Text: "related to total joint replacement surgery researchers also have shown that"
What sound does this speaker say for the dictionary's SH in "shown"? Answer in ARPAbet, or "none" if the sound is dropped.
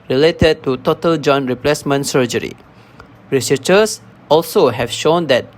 SH